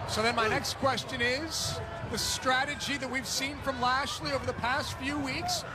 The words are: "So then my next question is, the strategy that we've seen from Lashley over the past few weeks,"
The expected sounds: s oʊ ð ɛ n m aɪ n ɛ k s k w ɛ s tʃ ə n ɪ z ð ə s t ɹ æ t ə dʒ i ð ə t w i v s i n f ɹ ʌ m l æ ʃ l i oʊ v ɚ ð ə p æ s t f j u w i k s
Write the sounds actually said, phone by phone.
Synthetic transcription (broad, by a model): s oʊ ð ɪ n m aɪ n ɛ k s k w ɛ s tʃ ə n ɪ z ð ə s t ɹ æ t ə dʒ i ð ə t w i v s i n f ɹ ʌ m l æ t l i oʊ v ɚ ð ə p æ s t f j u w i k s